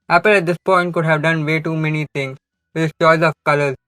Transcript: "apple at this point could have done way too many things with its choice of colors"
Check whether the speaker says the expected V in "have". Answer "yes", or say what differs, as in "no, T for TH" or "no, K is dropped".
yes